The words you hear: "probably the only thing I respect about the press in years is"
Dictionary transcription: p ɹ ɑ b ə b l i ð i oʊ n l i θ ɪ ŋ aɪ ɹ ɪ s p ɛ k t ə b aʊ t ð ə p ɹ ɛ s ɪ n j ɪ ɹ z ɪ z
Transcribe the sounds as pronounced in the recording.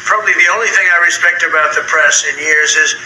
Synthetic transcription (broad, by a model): p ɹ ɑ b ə b l i ð i oʊ n l i θ ɪ ŋ aɪ ɹ ɪ s p ɛ k t ə b aʊ t ð ə p ɹ ɛ s ɪ n j ɪ ɹ z ɪ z